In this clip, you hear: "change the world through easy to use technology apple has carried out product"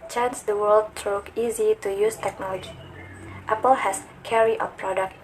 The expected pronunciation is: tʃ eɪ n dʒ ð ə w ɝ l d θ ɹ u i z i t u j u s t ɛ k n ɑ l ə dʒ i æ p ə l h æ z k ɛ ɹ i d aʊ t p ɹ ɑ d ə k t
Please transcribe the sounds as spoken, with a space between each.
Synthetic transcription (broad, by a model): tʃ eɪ n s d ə w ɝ l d t ɹ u i z i t u j u s t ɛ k n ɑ l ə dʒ i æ p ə l h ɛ s k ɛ ɹ i aʊ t p ɹ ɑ d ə k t